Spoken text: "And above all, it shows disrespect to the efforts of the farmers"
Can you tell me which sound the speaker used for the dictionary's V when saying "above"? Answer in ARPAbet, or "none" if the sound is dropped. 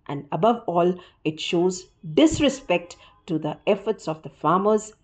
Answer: V